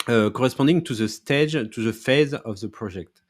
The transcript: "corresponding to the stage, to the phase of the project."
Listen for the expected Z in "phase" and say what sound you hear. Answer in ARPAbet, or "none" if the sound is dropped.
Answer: Z